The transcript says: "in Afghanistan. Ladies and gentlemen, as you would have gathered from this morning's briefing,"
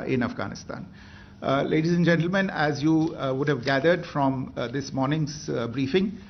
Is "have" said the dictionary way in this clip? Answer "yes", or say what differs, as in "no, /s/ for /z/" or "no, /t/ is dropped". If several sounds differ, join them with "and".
yes